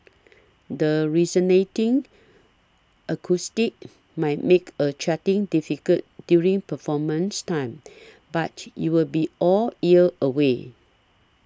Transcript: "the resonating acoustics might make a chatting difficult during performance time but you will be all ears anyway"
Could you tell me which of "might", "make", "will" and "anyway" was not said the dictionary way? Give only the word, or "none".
anyway